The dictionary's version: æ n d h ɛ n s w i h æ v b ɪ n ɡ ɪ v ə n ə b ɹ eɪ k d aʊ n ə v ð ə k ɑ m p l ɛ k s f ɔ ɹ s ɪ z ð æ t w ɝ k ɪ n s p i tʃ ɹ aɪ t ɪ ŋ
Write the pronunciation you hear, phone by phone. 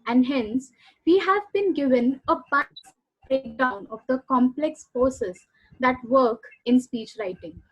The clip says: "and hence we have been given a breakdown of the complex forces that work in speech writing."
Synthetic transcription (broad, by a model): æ n d h ɛ n s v i h æ v b ɪ n ɡ ɪ v ə n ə b ɹ eɪ k d aʊ n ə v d ə k ɑ m p l ɛ k s p ɔ s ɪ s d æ t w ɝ k ɪ n s p i tʃ ɹ aɪ t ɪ ŋ